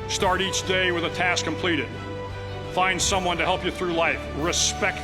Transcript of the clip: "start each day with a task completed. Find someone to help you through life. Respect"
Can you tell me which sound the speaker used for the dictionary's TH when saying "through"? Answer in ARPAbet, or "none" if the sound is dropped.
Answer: TH